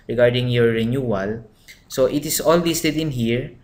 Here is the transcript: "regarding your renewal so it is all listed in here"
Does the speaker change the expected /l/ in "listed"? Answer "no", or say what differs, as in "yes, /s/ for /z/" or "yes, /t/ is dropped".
yes, /w/ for /l/